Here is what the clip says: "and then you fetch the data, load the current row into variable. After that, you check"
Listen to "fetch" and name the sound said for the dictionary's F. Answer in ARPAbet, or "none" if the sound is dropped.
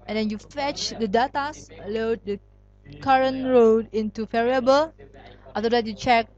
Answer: F